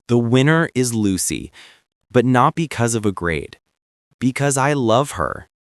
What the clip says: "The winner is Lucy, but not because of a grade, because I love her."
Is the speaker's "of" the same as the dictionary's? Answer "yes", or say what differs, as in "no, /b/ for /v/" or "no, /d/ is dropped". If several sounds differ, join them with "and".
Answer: yes